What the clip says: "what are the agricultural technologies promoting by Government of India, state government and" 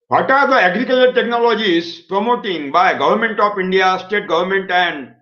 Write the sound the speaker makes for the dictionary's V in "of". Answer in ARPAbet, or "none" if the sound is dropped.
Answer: P